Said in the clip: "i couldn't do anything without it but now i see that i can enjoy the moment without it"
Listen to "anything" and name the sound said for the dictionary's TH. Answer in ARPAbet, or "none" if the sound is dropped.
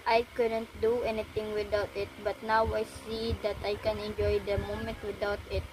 T